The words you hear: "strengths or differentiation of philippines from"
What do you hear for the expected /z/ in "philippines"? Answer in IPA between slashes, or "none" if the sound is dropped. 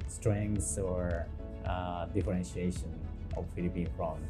none